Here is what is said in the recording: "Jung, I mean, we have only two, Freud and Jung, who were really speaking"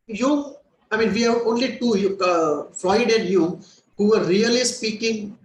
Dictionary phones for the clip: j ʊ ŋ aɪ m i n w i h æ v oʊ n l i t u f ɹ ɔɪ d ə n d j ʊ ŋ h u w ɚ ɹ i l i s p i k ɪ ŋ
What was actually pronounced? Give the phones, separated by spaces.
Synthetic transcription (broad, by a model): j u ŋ aɪ m i n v i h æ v oʊ n l i t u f l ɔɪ d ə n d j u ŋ h u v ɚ ɹ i l i s p i k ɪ ŋ